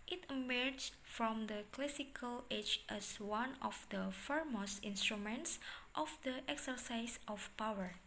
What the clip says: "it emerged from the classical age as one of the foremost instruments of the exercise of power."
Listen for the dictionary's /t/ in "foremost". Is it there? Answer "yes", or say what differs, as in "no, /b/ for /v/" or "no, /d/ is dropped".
no, /t/ is dropped